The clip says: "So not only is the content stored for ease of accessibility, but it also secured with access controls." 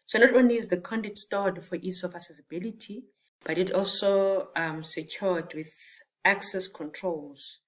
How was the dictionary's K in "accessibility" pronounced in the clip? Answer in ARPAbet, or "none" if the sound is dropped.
none